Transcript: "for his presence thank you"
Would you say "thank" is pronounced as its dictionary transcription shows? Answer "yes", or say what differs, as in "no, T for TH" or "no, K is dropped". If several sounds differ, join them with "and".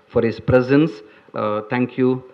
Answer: no, T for TH